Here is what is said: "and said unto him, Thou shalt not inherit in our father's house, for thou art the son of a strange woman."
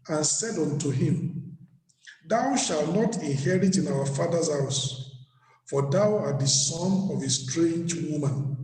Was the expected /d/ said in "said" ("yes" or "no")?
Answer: yes